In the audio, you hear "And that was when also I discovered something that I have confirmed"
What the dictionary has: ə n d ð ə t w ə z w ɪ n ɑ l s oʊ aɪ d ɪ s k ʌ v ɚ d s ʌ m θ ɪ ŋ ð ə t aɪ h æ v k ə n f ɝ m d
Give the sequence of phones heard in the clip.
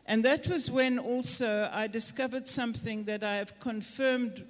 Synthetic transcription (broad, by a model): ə n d ð ə t w ə z w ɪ n ɑ l s oʊ aɪ d ɪ s k ʌ v ɚ d s ʌ m θ ɪ ŋ ð ə t aɪ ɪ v k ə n f ɝ m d